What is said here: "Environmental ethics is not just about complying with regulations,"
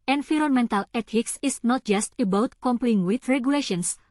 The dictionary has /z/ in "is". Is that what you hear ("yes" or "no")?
no